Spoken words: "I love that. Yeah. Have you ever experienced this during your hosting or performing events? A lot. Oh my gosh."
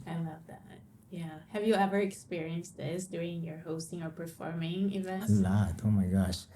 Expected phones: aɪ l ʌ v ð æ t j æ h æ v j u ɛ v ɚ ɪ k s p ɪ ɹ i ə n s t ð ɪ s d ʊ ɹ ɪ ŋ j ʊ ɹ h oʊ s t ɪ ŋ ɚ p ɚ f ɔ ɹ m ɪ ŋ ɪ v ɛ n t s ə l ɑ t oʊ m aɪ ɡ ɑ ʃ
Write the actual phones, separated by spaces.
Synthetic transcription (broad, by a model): aɪ l ʌ v ð æ t j æ h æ v j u ɛ v ɚ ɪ k s p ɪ ɹ i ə n s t ð ɪ s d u ɪ ŋ j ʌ ɹ h oʊ s t ɪ ŋ ɚ p ɚ f ɔ ɹ m ɪ ŋ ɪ v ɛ n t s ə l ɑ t oʊ m aɪ ɡ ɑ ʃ